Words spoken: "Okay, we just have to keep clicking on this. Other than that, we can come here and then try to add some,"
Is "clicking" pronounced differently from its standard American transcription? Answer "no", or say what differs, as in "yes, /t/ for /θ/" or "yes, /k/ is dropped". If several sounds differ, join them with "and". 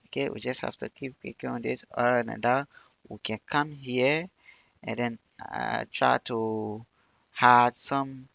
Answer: yes, /l/ is dropped